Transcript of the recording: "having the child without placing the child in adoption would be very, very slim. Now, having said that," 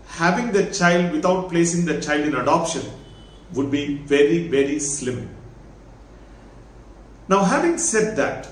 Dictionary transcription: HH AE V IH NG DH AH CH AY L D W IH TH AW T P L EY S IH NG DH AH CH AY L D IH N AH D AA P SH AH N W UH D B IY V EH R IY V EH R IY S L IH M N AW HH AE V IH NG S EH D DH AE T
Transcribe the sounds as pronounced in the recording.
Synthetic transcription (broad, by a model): HH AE V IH NG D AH CH AY L D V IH T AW T P L EY S IH NG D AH CH AY L D IH N AH D AA P SH AH N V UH D B IY V EH R IY V EH R IY S L IH M N AW HH AE V IH NG S EH D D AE T